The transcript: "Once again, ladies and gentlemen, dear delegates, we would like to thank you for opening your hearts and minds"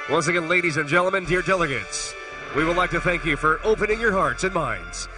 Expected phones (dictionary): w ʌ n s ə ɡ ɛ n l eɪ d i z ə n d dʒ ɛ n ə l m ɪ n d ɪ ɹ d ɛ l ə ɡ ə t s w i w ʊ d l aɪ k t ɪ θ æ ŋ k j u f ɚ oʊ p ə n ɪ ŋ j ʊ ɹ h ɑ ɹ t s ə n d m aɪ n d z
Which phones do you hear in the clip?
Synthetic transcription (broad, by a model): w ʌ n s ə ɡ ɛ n l eɪ d i z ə n dʒ ɛ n l m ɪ n d ɪ ɹ d ɛ l ə ɡ ə t s w i w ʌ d l aɪ k t ɪ θ æ ŋ k j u f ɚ oʊ p ə n ɪ ŋ j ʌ ɹ h ɑ ɹ t s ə n m aɪ n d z